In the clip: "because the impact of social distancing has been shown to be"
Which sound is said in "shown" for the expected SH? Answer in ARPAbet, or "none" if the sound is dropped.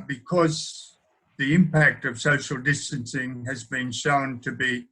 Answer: SH